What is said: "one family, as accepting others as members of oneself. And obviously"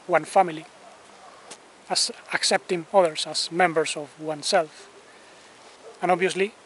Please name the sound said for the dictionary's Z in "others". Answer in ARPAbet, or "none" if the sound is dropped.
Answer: S